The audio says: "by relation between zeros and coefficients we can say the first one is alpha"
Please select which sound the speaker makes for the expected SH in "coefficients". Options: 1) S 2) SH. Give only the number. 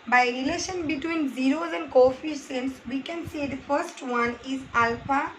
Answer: 1